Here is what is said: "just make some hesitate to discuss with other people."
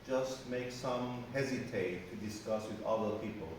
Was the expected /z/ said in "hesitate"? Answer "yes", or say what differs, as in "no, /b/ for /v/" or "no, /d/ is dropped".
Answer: yes